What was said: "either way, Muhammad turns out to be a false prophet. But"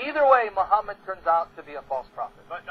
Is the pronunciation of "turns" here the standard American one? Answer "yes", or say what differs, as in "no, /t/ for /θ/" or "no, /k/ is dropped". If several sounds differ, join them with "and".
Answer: yes